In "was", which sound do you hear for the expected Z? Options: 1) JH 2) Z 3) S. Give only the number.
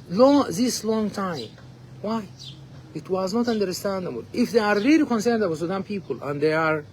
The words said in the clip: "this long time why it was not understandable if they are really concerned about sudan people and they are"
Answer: 2